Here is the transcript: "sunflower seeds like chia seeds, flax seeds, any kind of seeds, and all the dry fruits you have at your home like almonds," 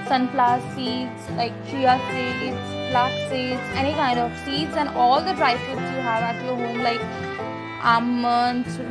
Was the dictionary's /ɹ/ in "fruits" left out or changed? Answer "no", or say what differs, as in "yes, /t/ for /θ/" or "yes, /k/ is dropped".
yes, /ɹ/ is dropped